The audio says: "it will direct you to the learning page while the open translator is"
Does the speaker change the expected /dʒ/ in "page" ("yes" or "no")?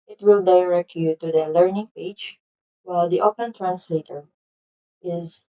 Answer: yes